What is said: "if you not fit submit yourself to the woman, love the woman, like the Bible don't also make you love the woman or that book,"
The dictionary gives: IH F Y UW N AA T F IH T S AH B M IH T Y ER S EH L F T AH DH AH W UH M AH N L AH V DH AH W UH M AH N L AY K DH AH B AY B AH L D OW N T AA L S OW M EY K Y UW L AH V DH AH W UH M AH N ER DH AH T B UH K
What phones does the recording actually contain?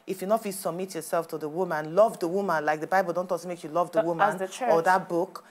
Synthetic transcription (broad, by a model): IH F Y UW N AA T F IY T S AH B M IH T Y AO S EH L F T AH DH AH W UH M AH N L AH V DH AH W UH M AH N L AY K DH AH B AY B AH L D OW N T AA S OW M EY K Y UW L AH V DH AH W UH M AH N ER DH AH T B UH K